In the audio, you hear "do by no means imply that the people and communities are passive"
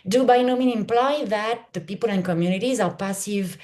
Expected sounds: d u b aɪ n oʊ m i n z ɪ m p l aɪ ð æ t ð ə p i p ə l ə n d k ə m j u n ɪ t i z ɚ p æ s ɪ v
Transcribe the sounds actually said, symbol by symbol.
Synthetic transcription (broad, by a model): d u b aɪ n oʊ m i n ɪ m p l aɪ ð æ t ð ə p i p ə l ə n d k ə m j u n ɪ t i z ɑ p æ s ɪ v